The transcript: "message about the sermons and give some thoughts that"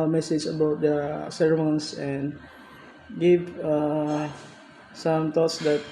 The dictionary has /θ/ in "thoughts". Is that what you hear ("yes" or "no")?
no